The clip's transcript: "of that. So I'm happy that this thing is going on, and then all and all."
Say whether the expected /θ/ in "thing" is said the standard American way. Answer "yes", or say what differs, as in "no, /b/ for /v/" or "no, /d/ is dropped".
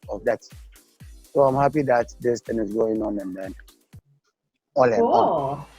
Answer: no, /t/ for /θ/